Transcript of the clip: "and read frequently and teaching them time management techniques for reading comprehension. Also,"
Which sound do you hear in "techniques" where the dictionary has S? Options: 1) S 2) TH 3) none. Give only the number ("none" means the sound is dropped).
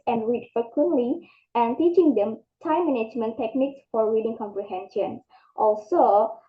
1